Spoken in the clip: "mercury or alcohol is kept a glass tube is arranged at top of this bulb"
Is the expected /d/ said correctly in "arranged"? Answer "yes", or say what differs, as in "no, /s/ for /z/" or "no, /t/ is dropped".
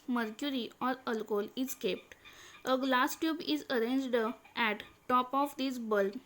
yes